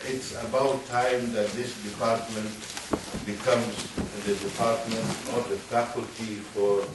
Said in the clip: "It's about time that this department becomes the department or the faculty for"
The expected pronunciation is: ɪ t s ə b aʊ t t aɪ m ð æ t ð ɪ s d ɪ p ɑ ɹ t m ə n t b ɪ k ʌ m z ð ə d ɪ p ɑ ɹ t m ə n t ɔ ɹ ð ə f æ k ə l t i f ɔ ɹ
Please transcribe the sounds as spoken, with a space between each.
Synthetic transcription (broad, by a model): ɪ t s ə b aʊ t t aɪ m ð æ t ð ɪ s d ɪ p ɑ ɹ t m ə n t b ɪ k ʌ m z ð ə d ɪ p ɑ ɹ t m ə n t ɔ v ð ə f æ k ə l t i f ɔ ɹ